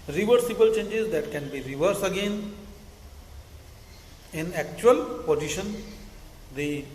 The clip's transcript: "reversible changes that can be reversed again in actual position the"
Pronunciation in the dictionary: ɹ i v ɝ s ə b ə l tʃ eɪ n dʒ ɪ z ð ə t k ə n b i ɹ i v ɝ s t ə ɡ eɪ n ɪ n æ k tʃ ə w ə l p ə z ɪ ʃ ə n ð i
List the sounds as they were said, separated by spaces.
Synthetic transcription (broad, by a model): ɹ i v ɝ s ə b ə l tʃ eɪ n dʒ ɪ z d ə t k ə n b i ɹ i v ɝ s ə ɡ eɪ n ɪ n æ k tʃ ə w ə l p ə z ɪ ʃ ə n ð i